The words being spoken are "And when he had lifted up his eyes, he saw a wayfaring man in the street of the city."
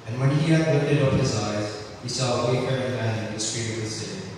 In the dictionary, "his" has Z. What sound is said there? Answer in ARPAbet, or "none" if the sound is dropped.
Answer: Z